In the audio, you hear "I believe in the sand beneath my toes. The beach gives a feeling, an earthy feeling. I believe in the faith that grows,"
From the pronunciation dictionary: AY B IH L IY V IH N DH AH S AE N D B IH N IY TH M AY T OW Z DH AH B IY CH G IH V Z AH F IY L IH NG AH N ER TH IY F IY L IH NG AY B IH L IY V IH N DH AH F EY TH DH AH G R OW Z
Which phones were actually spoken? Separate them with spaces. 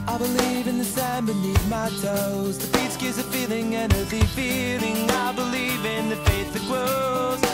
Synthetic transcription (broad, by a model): AY B IH L IY V IH N DH AH S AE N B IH N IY T M AY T OW Z DH AH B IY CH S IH Z AH F IY L IH NG AH N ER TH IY F IY L IH NG AY B IH L IY V IH N DH AH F EY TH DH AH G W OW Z